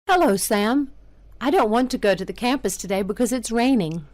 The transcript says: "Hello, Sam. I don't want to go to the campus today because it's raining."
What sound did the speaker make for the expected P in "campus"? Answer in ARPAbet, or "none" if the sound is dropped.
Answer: P